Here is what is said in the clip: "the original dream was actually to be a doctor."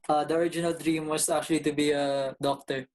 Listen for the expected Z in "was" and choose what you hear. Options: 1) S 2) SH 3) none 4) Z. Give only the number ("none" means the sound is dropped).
1